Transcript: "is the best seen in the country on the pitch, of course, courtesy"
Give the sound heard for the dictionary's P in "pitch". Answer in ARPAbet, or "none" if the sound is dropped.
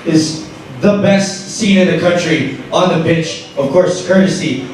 B